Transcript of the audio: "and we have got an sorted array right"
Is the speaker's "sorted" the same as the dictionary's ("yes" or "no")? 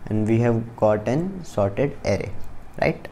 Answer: yes